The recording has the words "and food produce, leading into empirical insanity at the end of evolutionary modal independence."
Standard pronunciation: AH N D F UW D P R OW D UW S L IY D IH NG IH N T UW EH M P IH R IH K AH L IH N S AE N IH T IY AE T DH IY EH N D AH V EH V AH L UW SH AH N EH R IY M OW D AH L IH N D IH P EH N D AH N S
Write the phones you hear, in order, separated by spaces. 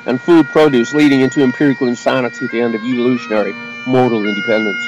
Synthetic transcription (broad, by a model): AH N F UW D P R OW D UW S L IY D IH NG IH N T UW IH M P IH R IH K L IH N S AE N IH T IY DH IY EH N D AH V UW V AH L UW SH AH N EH R IY M OW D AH L IH N D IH P EH N D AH N S